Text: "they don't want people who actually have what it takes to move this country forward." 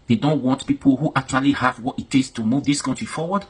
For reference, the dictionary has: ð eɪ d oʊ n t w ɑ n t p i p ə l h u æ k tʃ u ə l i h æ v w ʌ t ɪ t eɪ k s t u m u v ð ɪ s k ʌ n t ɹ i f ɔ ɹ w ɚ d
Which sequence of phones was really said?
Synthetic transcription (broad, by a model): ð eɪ d oʊ n t w ɑ n t p i p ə l h u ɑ k tʃ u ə l i h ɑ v w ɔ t ɪ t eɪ s t u m u v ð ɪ s k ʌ n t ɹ i f ɔ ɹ w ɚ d